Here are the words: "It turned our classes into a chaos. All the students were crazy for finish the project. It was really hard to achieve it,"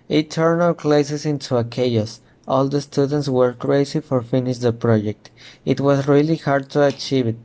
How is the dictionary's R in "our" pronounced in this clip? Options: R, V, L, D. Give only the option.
L